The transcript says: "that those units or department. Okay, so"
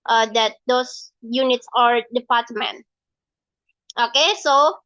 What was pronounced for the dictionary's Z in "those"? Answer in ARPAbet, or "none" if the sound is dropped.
S